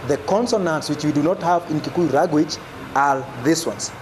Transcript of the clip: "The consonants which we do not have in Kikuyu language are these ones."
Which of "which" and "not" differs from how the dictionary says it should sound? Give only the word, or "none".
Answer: none